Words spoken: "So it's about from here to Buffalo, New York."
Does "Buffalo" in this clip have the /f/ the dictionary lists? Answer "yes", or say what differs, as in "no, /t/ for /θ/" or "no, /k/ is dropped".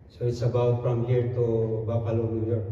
no, /p/ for /f/